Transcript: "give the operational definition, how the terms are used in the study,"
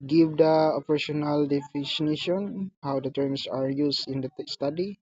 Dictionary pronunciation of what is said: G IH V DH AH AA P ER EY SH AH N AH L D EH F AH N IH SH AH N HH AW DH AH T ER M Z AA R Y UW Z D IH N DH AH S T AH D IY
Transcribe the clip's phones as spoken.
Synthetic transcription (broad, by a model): G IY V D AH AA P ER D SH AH N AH L D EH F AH N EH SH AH N HH AW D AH T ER M S AA R Y UW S IH N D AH S T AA D IY